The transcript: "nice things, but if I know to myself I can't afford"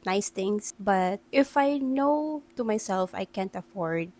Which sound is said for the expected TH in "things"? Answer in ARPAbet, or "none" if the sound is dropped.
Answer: T